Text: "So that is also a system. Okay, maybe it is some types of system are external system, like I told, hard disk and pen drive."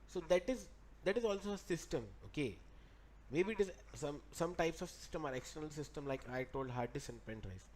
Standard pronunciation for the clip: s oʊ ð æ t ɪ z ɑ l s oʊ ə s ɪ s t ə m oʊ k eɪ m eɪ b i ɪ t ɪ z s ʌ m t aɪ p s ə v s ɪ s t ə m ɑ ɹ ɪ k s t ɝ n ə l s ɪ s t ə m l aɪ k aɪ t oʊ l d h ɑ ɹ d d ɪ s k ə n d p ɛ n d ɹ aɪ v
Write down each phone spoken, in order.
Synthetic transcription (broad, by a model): s oʊ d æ t ɪ z ɑ l s oʊ ə s ɪ s t ə m oʊ k eɪ m eɪ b i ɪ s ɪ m s ʌ m t aɪ p s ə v s ɪ s t ə m ɑ ɹ ɪ k s t ɝ n ə l s ɪ s t ə m l aɪ k aɪ t oʊ l d h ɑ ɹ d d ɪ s ə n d p ɛ n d ɹ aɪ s